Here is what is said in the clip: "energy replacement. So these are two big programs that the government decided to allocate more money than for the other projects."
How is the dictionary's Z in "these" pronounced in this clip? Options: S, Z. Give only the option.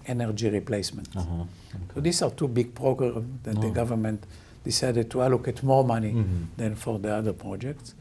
S